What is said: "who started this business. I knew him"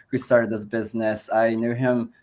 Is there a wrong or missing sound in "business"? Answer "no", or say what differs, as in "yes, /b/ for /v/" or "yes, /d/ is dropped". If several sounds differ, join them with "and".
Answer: no